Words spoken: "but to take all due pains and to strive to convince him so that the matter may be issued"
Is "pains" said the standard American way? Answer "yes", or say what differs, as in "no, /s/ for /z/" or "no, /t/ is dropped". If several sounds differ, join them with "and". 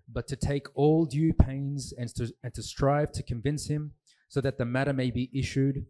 yes